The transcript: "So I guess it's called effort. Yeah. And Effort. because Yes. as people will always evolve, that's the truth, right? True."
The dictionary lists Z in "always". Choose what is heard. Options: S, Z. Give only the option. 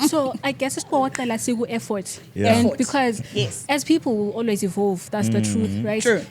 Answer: Z